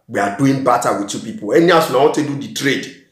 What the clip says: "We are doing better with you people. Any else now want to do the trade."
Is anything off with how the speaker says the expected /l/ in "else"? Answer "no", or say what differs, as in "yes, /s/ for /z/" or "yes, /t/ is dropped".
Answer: yes, /l/ is dropped